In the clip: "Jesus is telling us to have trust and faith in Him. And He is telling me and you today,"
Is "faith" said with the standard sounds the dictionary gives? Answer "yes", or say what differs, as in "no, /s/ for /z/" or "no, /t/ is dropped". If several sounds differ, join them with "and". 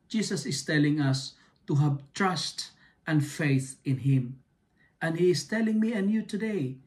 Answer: yes